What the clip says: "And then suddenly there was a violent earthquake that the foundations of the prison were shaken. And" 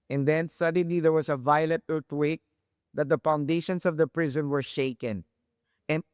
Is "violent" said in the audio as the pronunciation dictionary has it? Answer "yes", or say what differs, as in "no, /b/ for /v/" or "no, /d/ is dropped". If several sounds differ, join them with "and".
no, /n/ is dropped